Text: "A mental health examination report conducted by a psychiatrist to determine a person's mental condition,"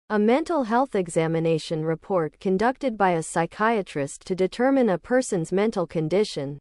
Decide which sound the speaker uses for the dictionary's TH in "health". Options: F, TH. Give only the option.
TH